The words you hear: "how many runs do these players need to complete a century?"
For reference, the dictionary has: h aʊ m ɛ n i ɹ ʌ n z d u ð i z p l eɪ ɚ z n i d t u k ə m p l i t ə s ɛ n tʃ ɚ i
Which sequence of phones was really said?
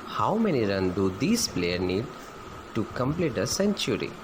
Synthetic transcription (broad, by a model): h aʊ m ɛ n i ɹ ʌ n d u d i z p l eɪ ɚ n i d t u k ə m p l i t ə s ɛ n tʃ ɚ i